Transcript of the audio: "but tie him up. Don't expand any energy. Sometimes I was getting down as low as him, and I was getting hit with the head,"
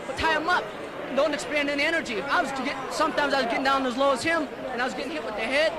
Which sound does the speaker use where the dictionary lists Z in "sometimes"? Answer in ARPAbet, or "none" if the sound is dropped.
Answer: Z